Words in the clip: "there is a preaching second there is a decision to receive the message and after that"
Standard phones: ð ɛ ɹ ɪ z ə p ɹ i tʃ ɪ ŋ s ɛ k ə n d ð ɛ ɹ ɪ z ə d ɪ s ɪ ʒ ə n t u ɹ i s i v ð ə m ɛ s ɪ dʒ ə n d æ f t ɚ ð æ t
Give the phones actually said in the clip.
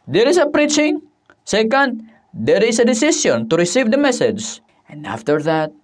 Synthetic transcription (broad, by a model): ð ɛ ɹ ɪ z ə p ɹ i tʃ ɪ ŋ s ɛ k ə n d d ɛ ɹ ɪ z ə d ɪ s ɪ s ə n t u ɹ i s i v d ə m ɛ s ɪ dʒ ə n d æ f t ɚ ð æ t